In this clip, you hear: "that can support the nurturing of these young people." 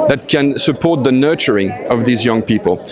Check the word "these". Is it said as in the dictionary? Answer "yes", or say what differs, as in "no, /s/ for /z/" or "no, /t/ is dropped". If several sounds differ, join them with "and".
yes